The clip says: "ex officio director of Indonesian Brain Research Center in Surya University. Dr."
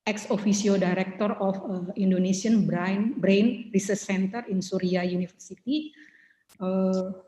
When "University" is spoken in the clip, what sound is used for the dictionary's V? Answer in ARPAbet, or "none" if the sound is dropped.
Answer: F